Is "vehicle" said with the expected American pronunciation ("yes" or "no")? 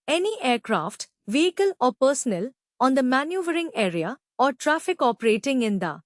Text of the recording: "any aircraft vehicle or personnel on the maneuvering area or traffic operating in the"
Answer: yes